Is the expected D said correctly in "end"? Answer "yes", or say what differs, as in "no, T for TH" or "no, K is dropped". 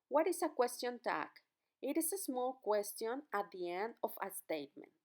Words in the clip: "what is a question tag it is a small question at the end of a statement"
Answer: yes